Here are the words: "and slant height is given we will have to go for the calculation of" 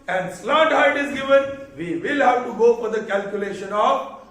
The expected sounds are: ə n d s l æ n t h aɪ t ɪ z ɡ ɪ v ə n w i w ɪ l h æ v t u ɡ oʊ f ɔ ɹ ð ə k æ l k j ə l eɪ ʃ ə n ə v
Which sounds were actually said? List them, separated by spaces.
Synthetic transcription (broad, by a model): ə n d s l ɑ t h aɪ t ɪ z ɡ ɪ v ə n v i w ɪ l h æ v t u ɡ oʊ f ɔ ɹ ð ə k æ l k j ə l eɪ ʃ ə n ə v